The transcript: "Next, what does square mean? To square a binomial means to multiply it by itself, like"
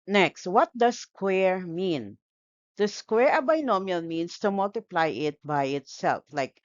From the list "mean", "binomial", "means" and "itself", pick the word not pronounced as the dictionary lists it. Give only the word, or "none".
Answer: means